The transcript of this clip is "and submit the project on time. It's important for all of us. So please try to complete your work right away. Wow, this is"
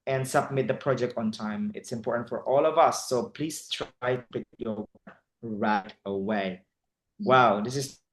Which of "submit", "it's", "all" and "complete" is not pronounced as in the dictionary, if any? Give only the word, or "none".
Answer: complete